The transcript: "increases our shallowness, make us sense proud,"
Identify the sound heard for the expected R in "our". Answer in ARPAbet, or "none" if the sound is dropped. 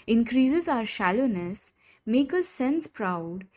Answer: R